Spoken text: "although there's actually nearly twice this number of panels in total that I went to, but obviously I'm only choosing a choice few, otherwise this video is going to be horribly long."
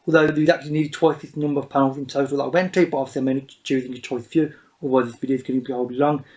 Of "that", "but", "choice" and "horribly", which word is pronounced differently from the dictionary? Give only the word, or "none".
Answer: horribly